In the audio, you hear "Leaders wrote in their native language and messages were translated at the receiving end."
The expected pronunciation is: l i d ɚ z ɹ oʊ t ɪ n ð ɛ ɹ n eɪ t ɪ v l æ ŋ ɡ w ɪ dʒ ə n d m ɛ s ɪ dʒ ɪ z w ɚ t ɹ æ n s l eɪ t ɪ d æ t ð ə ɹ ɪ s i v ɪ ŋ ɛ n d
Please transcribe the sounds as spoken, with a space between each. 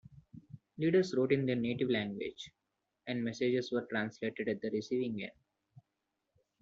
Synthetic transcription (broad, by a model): l i d ɚ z ɹ oʊ t ɪ n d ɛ ɹ n eɪ t ɪ v l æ ŋ ɡ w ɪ dʒ ə n d m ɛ s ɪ dʒ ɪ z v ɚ t ɹ æ n s l eɪ t ɪ d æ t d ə ɹ ɪ s i v ɪ ŋ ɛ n